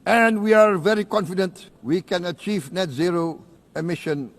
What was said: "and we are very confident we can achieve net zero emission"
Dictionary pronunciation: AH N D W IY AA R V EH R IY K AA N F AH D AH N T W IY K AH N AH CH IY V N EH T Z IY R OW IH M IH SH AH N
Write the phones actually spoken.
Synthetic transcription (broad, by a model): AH N D W IY AA R V EH R IY K AA N F AH D AH N T W IY K AH N AH CH IY V N EH T Z IY R OW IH M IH SH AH N